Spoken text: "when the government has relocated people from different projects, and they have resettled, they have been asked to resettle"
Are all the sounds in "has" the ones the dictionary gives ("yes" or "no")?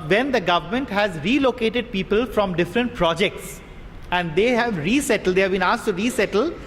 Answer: yes